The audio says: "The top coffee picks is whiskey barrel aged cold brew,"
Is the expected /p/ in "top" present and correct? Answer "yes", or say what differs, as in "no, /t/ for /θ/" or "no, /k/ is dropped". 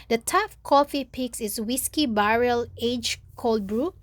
no, /f/ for /p/